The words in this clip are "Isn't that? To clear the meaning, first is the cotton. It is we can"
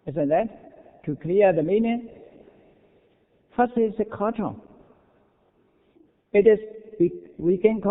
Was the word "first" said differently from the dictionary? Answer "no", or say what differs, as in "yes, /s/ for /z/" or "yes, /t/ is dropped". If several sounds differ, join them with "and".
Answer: yes, /t/ is dropped